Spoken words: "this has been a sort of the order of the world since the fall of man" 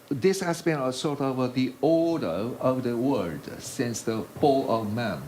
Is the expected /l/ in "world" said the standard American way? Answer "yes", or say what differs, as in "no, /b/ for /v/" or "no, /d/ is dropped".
no, /l/ is dropped